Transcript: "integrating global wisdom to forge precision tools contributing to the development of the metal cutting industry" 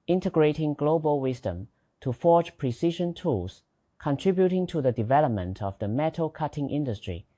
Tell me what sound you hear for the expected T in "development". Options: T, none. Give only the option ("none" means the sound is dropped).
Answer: T